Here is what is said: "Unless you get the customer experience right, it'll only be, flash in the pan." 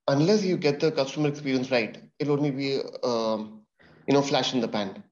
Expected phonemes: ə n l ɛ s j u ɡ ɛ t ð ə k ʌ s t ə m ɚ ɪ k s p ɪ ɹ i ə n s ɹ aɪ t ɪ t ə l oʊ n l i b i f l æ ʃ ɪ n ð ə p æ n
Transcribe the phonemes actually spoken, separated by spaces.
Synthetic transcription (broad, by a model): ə n l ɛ s j u ɡ ɛ t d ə k ʌ s t ə m ɚ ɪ k s p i ɹ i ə n s ɹ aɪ ɪ t ə l oʊ n l i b i f l æ ʃ ɪ n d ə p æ n